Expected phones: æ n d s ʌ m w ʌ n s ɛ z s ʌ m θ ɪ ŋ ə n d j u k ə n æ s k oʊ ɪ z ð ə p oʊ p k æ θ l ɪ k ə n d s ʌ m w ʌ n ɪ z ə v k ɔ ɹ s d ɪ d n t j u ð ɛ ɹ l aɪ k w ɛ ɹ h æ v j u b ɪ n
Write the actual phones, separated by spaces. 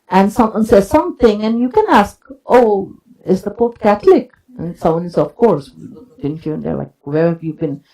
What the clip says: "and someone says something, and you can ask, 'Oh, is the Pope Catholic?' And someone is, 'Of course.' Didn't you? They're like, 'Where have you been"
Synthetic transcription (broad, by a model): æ n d s ʌ m w ʌ n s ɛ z s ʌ m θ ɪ ŋ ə n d j u k ə n æ s k oʊ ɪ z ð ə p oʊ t k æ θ l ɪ k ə n s ʌ m w ʌ n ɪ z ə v k ɔ ɹ s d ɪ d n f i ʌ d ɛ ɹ l aɪ k w ɛ ɹ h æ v j u b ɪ n